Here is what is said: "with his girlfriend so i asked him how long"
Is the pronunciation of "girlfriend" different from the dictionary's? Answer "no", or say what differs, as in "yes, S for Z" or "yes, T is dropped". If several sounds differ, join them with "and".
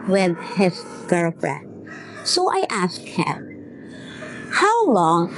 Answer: yes, L is dropped